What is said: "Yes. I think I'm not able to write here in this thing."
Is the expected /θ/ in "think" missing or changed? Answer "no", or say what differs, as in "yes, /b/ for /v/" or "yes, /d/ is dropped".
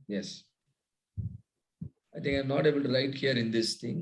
yes, /t/ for /θ/